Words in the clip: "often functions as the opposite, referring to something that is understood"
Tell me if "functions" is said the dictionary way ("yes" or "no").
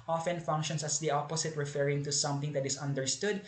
no